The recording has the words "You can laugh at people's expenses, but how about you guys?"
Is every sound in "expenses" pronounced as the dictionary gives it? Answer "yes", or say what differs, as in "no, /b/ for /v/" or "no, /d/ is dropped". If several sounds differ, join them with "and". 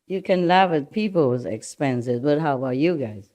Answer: yes